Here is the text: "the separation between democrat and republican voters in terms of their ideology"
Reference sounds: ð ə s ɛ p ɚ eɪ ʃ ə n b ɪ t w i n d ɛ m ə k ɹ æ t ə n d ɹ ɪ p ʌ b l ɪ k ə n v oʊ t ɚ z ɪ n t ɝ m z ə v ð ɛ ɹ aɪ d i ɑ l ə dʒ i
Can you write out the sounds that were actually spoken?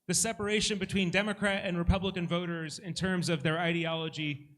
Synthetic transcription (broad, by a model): ð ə s ɛ p ɚ eɪ ʃ ə n b ɪ t w i n d ɛ m ə k ɹ æ t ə n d ɹ ɪ p ʌ b l ɪ k ə n v oʊ t ɚ z ɪ n t ɝ m z ə v ð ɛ ɹ aɪ d i ɑ l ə dʒ i